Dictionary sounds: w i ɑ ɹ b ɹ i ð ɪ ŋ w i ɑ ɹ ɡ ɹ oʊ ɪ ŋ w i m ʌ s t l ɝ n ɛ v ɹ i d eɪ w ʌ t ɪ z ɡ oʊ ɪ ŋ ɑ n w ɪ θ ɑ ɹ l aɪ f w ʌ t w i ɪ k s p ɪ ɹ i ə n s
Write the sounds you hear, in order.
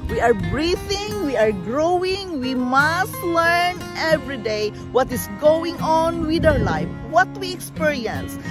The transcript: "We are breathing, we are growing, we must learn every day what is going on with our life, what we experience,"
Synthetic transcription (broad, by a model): w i ɑ ɹ b ɹ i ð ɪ ŋ w i ɑ ɹ ɡ ɹ oʊ ɪ ŋ w i m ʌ s t l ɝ n ɛ v ɹ i d eɪ w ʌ t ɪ s ɡ oʊ ɪ ŋ ɑ n w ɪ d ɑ w l aɪ f w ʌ t w i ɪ k s p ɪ ɹ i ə n s